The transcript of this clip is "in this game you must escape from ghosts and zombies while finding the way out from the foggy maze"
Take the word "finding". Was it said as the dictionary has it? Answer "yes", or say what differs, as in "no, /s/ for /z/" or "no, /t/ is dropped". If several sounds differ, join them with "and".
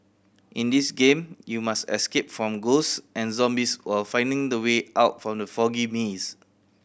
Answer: yes